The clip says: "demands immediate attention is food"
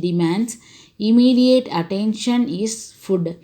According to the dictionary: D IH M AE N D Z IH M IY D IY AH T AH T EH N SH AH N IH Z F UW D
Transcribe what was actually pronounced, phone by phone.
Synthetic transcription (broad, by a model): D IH M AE N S IH M IY D IY AH T AH T EH N SH AH N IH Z F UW D